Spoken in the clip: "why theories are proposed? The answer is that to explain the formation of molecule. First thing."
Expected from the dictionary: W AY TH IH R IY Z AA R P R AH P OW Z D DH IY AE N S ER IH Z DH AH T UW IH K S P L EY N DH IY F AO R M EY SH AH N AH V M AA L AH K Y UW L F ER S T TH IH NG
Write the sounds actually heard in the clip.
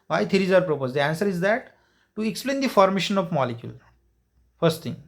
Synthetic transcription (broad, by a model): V AY T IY R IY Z AA R P R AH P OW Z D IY AE N S ER IH Z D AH T UW IH K S P L EY N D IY F AO R M EY SH AH N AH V M AA L AH K Y UW L F ER S T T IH NG